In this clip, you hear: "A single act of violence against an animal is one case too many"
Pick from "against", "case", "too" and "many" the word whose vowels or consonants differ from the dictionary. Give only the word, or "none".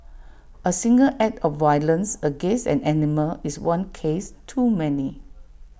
against